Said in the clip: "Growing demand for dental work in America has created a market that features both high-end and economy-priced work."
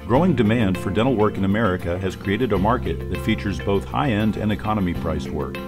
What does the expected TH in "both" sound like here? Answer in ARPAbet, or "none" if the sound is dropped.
TH